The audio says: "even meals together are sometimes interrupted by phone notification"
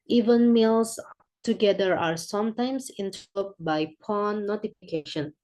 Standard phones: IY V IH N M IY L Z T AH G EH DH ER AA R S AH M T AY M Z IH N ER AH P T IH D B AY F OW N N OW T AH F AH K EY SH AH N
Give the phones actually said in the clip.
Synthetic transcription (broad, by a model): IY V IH N M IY L S T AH G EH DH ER AA R S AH M T AY M S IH N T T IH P B AY P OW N N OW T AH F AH K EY SH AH N